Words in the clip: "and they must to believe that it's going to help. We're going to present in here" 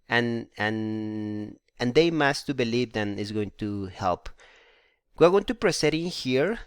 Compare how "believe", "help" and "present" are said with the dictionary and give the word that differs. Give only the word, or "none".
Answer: present